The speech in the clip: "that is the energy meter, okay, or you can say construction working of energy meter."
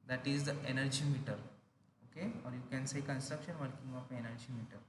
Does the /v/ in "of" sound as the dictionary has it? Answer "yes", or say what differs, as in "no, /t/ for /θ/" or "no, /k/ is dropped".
no, /p/ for /v/